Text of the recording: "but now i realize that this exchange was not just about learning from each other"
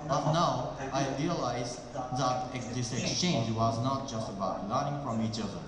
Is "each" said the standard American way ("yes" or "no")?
yes